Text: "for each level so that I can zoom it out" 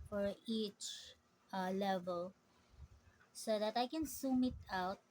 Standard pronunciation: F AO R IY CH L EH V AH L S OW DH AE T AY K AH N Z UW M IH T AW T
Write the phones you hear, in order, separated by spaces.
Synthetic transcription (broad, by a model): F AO R IY CH L EH V AH L S OW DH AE T AY K AH N S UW M IH T AW T